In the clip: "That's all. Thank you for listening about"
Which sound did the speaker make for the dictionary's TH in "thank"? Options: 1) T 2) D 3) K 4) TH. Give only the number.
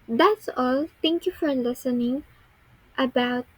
1